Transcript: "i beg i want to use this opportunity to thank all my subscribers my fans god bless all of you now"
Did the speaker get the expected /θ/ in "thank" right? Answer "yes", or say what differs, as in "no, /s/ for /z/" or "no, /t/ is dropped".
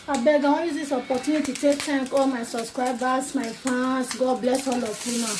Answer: no, /t/ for /θ/